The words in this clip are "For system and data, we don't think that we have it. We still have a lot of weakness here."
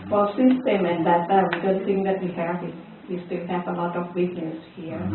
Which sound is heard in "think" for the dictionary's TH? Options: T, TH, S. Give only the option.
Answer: T